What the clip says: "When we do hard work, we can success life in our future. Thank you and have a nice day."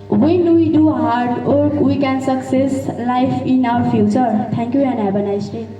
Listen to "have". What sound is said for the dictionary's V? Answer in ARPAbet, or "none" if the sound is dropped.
B